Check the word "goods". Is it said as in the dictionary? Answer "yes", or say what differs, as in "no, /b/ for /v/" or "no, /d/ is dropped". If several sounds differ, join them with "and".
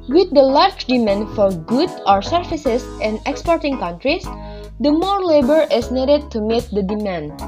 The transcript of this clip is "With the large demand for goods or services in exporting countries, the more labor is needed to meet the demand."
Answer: no, /z/ is dropped